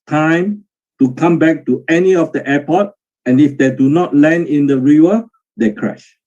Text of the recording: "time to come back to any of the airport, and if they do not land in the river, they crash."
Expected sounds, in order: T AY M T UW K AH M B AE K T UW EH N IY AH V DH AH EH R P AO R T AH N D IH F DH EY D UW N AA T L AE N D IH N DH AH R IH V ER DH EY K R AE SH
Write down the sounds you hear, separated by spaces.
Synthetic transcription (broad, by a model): T AY M T UW K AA M B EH K T UW EH N IY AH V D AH EH P AO T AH N IH F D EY D UW N AA T L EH N IH N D AH R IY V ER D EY K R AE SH